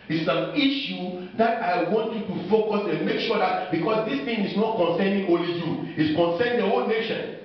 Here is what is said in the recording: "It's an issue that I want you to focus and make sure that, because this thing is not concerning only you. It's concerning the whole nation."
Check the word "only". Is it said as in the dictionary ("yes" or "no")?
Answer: no